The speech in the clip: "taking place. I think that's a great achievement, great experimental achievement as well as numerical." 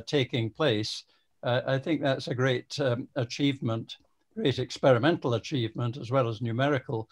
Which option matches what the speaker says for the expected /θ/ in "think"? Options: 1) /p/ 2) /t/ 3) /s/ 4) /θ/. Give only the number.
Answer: 4